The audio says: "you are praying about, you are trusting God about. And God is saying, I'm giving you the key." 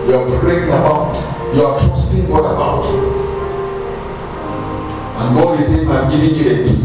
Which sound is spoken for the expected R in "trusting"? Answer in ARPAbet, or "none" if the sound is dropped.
none